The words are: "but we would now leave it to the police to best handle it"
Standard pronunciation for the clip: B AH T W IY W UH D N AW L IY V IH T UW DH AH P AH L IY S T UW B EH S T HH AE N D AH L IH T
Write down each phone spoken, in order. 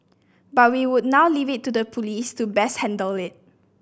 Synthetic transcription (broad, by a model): B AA T W IY W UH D N AW L IY V IH T UW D AH P AH L IY S T UW B EH S HH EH N D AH L IH T